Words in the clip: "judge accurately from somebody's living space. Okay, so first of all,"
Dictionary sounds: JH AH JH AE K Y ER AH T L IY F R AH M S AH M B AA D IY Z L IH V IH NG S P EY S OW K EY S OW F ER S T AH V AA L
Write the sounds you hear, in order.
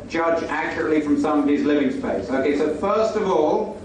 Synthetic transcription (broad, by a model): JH AH JH AE K Y ER AH T L IY F R AH M S AH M AH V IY Z L IH V IH NG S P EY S OW K EY S OW F ER S T AH V AA L